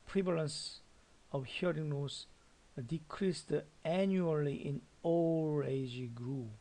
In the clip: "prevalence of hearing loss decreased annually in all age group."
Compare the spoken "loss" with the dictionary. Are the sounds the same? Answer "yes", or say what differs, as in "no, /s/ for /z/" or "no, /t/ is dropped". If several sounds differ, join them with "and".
no, /n/ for /l/